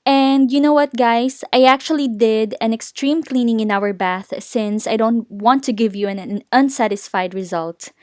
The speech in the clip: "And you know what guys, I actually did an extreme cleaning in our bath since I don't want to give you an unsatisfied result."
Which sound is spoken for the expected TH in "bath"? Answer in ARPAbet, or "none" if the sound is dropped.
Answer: TH